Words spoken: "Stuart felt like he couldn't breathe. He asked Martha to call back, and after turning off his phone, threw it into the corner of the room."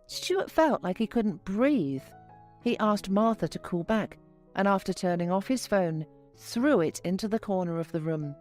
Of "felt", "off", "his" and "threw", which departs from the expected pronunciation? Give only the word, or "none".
none